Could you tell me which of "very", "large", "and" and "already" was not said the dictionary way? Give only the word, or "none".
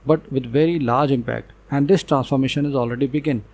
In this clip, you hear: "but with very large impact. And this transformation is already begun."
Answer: none